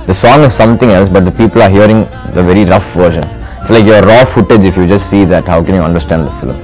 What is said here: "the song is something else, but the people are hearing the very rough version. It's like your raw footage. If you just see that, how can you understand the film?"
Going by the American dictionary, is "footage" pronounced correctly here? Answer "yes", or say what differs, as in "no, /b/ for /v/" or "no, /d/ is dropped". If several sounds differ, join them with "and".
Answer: yes